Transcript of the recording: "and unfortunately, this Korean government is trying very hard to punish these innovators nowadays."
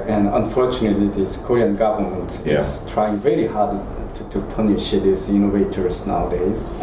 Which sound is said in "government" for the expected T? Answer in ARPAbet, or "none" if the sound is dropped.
T